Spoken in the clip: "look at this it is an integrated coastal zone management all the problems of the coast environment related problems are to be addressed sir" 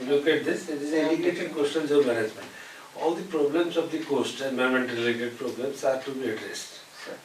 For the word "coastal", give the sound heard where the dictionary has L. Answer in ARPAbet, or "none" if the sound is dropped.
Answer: N